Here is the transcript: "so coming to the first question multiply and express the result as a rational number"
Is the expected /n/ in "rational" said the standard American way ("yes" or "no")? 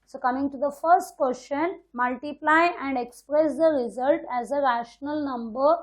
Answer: yes